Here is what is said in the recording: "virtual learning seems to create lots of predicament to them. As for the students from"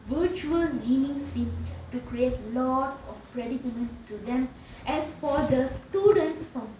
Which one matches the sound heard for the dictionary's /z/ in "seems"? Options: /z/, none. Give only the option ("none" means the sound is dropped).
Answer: none